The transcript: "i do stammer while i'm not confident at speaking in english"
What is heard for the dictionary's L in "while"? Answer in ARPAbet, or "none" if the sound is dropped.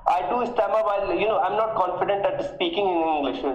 N